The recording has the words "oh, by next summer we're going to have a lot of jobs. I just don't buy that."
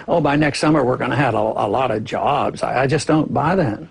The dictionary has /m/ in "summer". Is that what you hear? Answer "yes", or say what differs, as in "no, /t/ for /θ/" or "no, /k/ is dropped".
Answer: yes